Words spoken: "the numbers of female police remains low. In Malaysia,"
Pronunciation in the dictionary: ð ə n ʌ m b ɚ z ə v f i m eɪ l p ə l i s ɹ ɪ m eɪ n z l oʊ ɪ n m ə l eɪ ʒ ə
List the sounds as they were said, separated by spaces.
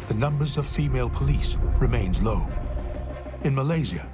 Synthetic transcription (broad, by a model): ð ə n ʌ m b ɚ z ə v f i m eɪ l p ə l i s ɹ ɪ m eɪ n z l oʊ ɪ n m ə l eɪ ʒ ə